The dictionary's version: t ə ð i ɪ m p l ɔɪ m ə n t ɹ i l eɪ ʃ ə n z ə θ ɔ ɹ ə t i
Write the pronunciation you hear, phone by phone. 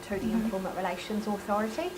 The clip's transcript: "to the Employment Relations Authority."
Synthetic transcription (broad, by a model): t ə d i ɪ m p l m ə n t ɹ i l eɪ ʃ ə n z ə θ ɔ ɹ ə t i